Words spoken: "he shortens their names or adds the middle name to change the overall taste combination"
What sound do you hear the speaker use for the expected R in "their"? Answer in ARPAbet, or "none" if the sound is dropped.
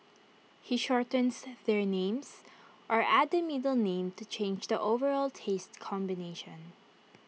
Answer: R